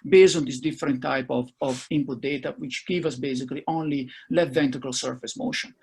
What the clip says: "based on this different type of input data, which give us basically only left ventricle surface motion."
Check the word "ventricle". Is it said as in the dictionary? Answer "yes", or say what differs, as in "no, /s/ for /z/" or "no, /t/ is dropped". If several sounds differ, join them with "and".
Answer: no, /ɹ/ is dropped